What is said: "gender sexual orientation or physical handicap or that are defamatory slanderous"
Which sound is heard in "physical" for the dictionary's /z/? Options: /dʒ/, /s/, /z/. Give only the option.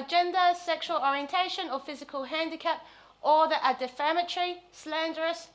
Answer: /z/